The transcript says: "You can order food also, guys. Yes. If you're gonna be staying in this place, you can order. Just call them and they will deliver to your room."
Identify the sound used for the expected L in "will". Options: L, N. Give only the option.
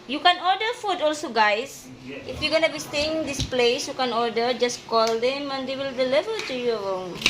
L